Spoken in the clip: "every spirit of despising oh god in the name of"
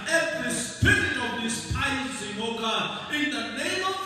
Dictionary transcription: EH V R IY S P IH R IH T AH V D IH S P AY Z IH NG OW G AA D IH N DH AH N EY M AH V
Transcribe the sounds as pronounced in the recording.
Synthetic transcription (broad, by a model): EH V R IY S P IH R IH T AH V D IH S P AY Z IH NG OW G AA IH N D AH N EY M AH